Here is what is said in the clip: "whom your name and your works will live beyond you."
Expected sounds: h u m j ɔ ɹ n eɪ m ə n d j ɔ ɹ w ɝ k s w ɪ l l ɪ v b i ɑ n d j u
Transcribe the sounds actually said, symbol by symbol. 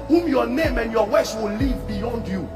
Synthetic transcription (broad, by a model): h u m j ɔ n eɪ m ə n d j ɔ w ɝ s w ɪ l l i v b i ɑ n d j u